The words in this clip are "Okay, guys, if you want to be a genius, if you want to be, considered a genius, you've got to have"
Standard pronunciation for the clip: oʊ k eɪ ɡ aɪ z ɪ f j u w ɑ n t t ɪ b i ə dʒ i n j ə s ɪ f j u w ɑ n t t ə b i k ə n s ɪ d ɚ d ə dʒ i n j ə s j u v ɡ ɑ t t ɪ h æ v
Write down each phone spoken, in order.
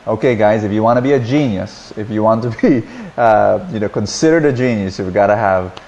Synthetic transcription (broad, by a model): oʊ k eɪ ɡ aɪ z ɪ f j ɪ w ɑ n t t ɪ b i ə dʒ i n j ə s ɪ f j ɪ w ɑ n t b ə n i k ə n s ɪ d ɚ d ə dʒ i n j ə s j u v ɡ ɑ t t ɪ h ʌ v